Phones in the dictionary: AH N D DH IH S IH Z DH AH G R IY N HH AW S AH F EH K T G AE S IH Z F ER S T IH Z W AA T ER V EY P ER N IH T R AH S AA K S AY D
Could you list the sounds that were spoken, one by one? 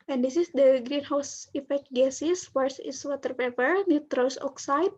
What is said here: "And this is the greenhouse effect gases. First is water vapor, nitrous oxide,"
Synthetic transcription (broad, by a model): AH N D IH S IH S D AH G R IY N HH AW S AH F EH K T G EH S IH S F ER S IH S W AA T ER P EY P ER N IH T R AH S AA K S AY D